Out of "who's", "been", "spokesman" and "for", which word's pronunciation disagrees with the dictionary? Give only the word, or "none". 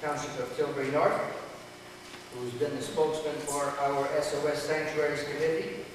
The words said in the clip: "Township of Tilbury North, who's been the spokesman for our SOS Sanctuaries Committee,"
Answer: none